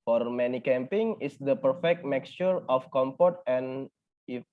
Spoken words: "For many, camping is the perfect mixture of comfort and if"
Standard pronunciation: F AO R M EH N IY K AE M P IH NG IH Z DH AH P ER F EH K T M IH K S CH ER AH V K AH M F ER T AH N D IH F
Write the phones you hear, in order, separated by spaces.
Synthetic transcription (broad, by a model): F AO R M EH N IY K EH M P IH NG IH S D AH P ER F EH K T M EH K S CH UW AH F K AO M P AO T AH N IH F